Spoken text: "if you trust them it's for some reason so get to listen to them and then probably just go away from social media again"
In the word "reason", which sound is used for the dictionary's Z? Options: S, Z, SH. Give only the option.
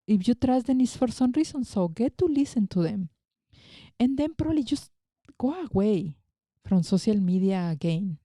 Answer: S